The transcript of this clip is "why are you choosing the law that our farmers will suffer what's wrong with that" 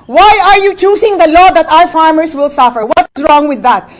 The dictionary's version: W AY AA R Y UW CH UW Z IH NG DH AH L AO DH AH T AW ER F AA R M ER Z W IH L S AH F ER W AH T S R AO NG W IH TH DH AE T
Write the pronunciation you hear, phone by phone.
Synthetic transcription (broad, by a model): W AY AA R Y UW CH UW S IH NG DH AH L AO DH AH T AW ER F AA R M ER S W IH L S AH F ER W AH T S R AO NG W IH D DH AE T